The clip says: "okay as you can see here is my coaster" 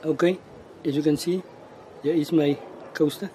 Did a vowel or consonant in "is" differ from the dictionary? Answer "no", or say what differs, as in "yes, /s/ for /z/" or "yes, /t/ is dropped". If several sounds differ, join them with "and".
yes, /s/ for /z/